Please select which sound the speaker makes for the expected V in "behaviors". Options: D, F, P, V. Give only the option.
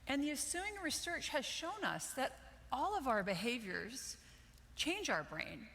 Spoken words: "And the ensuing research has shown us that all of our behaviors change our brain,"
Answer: V